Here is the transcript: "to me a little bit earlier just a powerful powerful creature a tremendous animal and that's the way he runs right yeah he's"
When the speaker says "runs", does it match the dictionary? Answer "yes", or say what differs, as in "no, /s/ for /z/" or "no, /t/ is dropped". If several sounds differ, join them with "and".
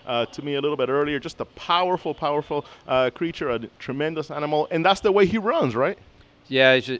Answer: yes